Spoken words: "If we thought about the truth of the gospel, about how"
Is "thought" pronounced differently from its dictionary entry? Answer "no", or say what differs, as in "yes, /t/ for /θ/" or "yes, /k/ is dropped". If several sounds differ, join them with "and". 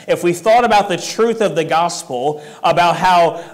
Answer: no